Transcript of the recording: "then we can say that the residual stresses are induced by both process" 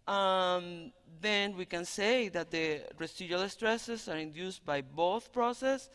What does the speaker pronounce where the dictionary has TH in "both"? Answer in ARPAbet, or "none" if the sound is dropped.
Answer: TH